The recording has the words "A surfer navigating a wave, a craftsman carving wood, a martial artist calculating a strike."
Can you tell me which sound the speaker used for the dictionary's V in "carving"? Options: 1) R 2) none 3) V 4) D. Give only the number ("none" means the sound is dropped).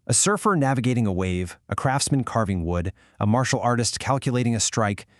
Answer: 3